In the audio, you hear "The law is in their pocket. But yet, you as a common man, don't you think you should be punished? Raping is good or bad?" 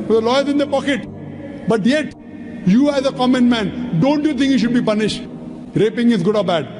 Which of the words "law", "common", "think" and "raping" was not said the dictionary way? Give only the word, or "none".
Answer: think